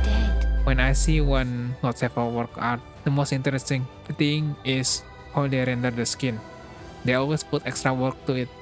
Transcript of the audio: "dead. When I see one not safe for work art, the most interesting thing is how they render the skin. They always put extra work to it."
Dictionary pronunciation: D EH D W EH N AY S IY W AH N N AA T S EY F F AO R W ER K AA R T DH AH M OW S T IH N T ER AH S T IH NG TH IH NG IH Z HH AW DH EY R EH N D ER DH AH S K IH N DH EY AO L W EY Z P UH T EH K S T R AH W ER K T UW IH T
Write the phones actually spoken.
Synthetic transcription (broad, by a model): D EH W EH N AY S IY W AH N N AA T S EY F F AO L W ER K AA W T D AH M OW S T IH N T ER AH S T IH NG T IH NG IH S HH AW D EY R EH N D ER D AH S K IH N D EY AO L W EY S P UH T EH K S T R AH W ER K T UW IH T